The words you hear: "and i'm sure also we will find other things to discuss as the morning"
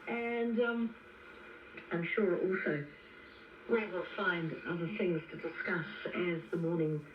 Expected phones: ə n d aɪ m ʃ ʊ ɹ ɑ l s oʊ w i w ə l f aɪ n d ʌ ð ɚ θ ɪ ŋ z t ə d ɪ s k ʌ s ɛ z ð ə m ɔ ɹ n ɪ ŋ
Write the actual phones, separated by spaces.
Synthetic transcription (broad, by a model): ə n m aɪ m ʃ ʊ ɹ ɑ l s oʊ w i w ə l f aɪ n d ʌ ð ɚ θ ɪ ŋ z t ə d ɪ s k ʌ s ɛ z ð ə m ɔ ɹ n ɪ ŋ